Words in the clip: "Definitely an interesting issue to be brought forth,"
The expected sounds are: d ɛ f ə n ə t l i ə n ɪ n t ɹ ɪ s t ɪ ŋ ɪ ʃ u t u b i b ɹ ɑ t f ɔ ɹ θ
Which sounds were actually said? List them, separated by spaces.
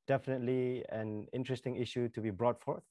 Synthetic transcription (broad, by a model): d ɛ f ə n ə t l i ə n ɪ n t ɹ ɪ s t ɪ ŋ ɪ ʃ u t u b i b ɹ ɑ t f ɔ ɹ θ